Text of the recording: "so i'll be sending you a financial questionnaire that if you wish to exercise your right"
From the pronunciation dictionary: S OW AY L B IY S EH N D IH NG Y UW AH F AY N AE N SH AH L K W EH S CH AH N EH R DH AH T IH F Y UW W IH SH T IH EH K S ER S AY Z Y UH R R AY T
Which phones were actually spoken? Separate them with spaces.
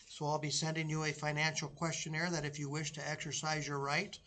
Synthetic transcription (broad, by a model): S OW AY L B IY S EH N D IH NG Y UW AH F AY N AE N SH L K W EH S CH AH N EH R DH AH T IH F Y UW W IH SH T IH EH K S ER S AY Z Y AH R R AY T